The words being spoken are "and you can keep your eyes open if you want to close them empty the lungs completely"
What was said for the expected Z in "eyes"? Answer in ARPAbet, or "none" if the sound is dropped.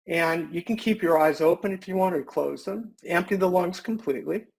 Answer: Z